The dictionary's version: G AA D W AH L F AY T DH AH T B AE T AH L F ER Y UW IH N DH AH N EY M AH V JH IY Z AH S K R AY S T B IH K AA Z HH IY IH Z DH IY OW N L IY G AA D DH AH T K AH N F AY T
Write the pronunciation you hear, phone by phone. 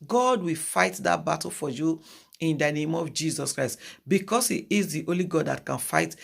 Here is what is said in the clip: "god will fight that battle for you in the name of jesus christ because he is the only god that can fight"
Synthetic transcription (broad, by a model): G AA D W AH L F AY T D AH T B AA T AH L F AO Y UW IH N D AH N EY M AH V JH IY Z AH S K R AY S T B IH K AA S HH IY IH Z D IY OW L IY G AA D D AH T K AH N F AY T